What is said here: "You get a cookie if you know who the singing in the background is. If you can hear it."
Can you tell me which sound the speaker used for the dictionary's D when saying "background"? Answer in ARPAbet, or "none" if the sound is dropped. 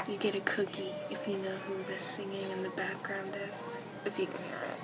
D